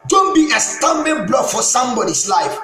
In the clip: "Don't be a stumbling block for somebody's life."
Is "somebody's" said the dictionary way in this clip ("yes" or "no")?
no